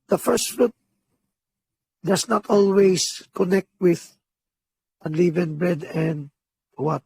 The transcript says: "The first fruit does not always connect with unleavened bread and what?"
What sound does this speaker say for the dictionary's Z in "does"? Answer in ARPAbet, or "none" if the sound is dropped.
S